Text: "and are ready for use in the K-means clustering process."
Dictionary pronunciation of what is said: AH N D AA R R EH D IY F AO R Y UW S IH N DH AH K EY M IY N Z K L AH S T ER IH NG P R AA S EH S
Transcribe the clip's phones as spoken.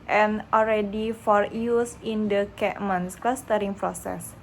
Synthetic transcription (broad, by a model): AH N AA L R EH D IY F AO R Y UW S IH N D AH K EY M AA N S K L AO S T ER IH NG P R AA S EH S